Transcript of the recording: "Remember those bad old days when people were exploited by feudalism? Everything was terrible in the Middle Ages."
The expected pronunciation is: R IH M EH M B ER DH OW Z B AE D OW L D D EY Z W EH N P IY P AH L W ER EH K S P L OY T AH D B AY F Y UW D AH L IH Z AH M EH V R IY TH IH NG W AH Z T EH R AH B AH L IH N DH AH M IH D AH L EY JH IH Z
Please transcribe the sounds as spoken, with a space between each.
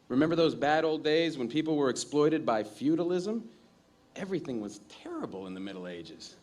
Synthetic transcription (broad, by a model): R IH M EH M B ER DH OW Z B AE D OW L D D EY Z W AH N P IY P L W ER EH K S P L OY T AH D B AY F Y UW D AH L IH Z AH M EH V R IY TH IH NG W AH Z T EH R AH B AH L IH N DH AH M IH D L EY JH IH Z